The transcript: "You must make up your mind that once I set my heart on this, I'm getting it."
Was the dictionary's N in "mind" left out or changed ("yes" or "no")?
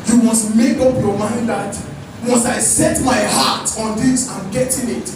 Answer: no